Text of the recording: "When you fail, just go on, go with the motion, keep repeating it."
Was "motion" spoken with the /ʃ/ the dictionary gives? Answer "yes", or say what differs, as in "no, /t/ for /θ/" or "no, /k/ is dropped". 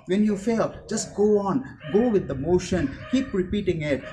yes